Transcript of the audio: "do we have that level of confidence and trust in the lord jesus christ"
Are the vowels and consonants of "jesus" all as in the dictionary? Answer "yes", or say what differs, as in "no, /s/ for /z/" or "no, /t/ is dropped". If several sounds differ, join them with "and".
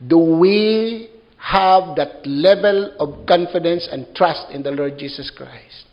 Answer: no, /s/ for /z/